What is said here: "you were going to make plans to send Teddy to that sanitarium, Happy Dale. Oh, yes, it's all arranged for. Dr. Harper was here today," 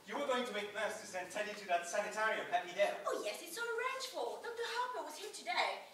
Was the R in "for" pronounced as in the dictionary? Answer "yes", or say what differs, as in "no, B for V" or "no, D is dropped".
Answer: no, L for R